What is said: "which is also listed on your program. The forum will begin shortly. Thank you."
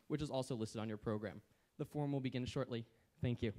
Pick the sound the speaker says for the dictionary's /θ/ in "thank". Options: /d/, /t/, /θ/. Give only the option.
/θ/